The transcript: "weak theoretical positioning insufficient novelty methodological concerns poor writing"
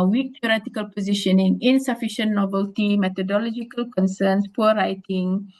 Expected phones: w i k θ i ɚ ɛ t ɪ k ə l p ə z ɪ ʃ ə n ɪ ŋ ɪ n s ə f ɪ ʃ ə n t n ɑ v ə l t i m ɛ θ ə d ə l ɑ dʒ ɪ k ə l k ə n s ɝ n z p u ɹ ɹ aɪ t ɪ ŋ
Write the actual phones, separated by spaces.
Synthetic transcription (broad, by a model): w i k t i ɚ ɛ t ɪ k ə l p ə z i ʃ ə n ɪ ŋ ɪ n s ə f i ʃ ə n n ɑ b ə l t i m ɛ t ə d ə l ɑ dʒ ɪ k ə l k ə n s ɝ n s p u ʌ ɹ aɪ t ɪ ŋ